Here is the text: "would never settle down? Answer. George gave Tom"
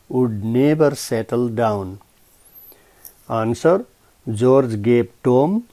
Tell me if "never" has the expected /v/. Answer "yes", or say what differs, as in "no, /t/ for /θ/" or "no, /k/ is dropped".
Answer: no, /b/ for /v/